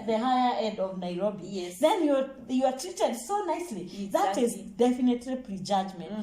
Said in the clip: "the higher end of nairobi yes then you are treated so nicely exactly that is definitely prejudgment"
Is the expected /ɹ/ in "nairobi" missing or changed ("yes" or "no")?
no